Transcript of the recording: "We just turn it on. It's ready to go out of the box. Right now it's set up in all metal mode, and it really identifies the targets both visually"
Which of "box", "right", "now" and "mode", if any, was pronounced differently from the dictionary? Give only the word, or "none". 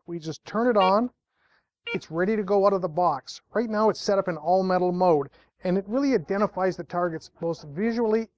none